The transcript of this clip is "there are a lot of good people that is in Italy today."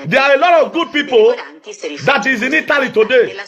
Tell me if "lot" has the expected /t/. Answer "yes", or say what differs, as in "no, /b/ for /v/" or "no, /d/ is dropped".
yes